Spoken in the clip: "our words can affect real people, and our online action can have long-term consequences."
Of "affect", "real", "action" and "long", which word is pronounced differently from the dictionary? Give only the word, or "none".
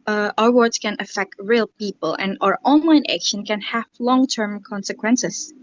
none